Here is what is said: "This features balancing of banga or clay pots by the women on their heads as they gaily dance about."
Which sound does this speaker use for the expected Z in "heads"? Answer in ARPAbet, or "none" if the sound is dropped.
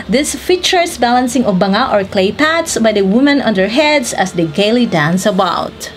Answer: S